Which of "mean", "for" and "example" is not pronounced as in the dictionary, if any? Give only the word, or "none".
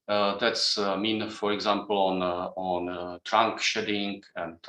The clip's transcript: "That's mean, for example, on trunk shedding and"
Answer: example